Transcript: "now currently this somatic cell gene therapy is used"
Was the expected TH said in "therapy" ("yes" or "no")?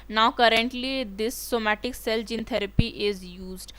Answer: no